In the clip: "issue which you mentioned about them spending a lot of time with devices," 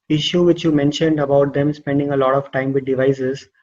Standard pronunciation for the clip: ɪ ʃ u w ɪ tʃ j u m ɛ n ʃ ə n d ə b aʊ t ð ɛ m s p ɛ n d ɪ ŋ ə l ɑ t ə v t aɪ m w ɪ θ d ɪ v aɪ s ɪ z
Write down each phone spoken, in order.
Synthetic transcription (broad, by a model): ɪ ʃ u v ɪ tʃ j u m ɛ n ʃ ə n d ə b aʊ t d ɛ m s p ɛ n d ɪ ŋ ə l ɑ t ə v t aɪ m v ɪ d d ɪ v aɪ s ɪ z